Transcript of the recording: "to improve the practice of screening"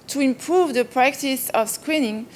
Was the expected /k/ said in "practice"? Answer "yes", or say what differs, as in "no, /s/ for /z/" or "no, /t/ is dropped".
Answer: yes